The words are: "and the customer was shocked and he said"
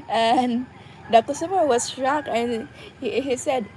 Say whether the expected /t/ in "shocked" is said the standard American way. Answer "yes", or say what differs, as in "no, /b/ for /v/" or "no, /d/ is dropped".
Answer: no, /t/ is dropped